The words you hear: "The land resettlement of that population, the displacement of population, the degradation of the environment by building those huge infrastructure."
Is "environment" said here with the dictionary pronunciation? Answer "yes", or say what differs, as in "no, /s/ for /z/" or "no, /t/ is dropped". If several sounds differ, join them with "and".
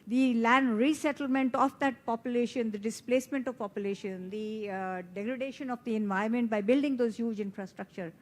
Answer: no, /ɹ/ is dropped